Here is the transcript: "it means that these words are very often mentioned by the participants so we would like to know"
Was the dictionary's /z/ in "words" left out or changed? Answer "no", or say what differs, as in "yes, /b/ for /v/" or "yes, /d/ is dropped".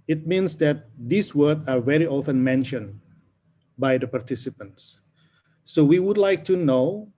yes, /z/ is dropped